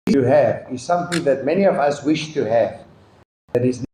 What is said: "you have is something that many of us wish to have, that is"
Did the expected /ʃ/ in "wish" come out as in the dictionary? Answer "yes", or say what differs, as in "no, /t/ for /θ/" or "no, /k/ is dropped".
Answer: yes